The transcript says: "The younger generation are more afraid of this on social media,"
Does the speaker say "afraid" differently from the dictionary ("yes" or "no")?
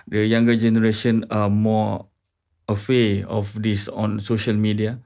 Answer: yes